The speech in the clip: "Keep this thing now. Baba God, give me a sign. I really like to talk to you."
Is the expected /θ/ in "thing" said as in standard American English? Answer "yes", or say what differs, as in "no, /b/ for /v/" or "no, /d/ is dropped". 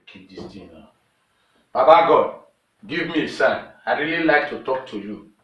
no, /t/ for /θ/